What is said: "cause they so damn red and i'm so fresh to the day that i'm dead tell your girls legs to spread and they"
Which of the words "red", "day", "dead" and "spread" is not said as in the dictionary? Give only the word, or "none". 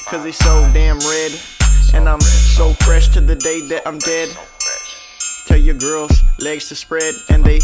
none